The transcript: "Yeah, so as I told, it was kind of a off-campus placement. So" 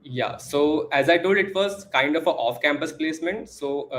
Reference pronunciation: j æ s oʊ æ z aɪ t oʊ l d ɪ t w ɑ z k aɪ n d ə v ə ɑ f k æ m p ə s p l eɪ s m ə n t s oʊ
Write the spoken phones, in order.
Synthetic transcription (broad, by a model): j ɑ s oʊ æ z aɪ t oʊ l d ɪ t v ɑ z k aɪ n d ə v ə ɑ f k æ m p ə s p l eɪ s m ə n t s oʊ